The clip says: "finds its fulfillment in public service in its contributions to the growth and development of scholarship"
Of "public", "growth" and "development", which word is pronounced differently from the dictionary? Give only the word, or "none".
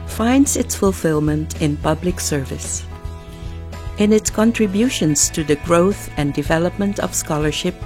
none